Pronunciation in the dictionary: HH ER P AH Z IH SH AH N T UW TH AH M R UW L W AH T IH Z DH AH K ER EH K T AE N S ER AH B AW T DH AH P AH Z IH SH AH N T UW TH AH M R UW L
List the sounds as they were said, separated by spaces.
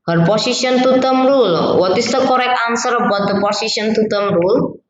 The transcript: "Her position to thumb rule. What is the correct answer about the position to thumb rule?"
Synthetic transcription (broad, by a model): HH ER P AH S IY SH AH N T UW T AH M R UW L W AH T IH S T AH K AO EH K AA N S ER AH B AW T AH P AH S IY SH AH N T UW T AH M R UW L